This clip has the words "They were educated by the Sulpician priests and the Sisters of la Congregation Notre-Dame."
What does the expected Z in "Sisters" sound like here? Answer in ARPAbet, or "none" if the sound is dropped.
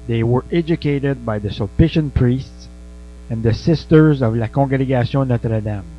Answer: Z